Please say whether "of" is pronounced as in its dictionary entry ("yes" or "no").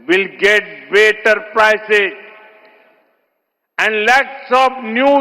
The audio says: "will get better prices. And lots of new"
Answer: no